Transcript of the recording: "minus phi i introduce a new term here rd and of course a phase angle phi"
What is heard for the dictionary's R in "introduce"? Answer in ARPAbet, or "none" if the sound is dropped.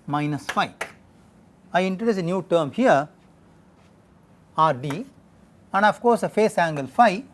R